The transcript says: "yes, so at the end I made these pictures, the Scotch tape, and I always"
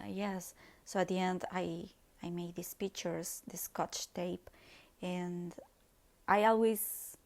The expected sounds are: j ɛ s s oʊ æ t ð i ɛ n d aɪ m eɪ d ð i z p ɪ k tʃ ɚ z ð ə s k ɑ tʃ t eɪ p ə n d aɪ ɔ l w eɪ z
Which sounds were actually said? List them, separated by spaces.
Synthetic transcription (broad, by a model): j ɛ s s oʊ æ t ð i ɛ n d aɪ m eɪ d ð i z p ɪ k tʃ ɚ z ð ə s k ɑ tʃ t eɪ p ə n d aɪ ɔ l w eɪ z